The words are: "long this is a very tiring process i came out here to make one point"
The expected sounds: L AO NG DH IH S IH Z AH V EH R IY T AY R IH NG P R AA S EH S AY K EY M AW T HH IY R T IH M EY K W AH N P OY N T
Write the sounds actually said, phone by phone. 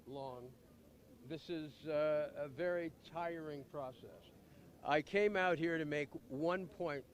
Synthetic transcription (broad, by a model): L AO NG DH IH S IH Z AH V EH R IY T AY R IH NG P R AA S EH S AY K EY M AW T HH IY R T IH M EY K W AH N P OY N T